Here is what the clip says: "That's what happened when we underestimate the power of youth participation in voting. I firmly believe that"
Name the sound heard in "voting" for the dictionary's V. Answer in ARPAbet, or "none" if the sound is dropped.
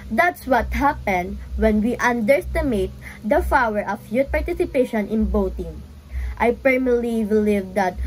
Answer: B